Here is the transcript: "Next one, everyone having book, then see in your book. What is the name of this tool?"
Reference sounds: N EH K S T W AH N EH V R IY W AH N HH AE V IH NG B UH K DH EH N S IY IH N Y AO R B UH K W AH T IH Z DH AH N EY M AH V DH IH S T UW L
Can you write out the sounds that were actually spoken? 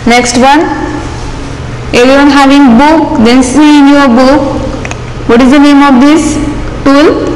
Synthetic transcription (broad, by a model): N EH K S T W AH N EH R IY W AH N HH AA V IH NG B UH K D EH N S IY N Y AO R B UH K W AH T IH Z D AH N EY M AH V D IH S T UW L